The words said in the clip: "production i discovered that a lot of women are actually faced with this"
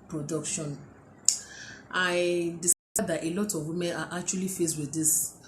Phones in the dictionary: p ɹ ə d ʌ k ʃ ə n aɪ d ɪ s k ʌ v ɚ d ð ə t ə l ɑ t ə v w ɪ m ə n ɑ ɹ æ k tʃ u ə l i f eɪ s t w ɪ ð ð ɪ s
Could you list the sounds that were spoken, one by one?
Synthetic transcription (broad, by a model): p ɹ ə d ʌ k ʃ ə n aɪ d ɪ s ɑ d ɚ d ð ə t ə l ɑ t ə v w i m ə n ɑ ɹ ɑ k tʃ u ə l i f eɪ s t w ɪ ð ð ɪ s